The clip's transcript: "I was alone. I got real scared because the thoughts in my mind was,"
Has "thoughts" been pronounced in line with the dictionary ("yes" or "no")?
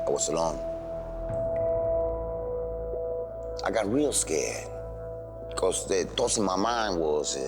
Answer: no